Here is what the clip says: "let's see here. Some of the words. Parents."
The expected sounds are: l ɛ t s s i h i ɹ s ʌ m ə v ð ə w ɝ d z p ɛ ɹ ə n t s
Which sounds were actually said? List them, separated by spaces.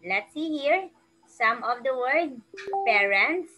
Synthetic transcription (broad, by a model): l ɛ t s s i h i ɹ s ʌ m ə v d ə w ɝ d p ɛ ɹ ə n t s